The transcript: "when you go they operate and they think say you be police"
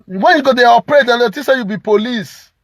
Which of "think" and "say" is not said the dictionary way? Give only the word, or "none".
think